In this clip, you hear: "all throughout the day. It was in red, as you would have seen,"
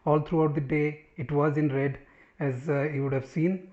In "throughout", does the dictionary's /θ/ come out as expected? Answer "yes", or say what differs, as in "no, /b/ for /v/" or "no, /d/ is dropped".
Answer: no, /t/ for /θ/